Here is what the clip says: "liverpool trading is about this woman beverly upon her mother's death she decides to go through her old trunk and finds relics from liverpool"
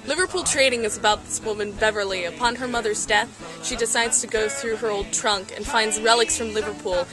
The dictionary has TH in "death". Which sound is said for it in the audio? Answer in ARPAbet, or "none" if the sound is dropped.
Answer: TH